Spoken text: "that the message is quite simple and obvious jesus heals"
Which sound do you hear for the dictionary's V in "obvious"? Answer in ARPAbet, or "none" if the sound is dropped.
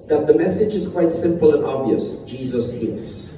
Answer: V